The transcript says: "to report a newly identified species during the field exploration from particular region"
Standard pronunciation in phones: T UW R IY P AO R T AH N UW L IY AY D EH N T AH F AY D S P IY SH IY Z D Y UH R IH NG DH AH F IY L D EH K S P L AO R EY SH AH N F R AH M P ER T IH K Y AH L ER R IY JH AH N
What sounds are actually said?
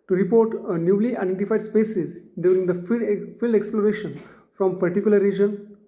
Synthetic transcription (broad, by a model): T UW R IY P AO R T AH N UW L IY AY D EH N T AH F AY D S P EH S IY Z D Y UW R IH NG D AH F IY L D EH K S P L AO R EY SH AH N F R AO M P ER T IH K Y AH L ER R IY JH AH N